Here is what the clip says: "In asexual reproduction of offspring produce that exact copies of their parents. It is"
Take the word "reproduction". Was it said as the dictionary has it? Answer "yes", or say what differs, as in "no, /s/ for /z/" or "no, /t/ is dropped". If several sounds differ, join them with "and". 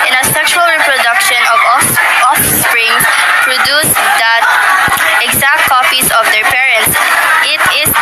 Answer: yes